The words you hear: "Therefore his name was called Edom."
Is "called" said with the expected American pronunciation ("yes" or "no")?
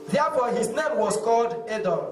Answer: yes